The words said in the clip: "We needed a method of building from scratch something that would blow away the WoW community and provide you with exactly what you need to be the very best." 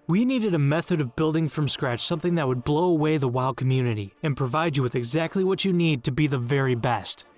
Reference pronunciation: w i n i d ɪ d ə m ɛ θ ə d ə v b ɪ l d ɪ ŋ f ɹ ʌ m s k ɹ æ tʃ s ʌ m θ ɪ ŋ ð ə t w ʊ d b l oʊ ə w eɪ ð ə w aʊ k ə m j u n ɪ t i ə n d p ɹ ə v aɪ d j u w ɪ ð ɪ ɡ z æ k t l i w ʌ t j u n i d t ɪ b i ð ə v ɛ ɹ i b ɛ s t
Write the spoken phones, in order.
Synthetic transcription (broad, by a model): w i n i d ɪ d ə m ɛ θ ə d ə v b ɪ l d ɪ ŋ f ɹ ʌ m s k ɹ æ tʃ s ʌ m θ ɪ ŋ ð ə t w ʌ d b l oʊ ə w eɪ ð ə w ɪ k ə m j u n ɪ t i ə n p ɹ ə v aɪ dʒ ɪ w ɪ ð ɪ ɡ z æ k t l i w ʌ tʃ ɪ n i d t ɪ b i ð ə v ɛ ɹ i b ɛ s t